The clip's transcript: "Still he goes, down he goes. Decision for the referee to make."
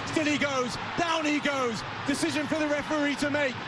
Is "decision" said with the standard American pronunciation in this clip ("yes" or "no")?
yes